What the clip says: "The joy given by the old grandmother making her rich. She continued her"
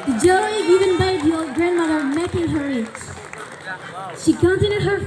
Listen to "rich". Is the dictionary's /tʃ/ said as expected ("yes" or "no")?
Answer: no